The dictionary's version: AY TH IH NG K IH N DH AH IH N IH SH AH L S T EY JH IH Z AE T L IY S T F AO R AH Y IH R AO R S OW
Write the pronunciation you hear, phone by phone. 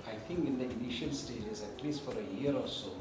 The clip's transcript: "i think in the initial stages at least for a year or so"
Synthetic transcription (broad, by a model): AY T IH NG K IH N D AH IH N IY SH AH L S T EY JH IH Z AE T L IY S T F AO R AH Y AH R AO L S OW